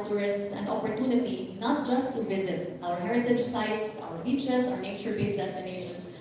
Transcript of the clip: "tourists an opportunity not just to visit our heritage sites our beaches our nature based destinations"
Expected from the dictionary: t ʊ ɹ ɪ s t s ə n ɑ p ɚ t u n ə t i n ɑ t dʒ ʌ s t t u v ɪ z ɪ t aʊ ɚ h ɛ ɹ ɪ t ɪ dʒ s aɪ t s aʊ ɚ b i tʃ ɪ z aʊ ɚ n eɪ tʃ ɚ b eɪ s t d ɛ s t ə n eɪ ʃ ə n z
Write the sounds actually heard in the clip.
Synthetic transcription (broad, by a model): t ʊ ɹ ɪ s t s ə n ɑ p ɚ t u n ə t i n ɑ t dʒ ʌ s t t u v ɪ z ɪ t aʊ ɚ h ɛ ɹ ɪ t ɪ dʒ s aɪ t s aʊ ɚ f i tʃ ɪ s aʊ ɚ n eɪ tʃ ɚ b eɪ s d ɛ s t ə n eɪ ʃ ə n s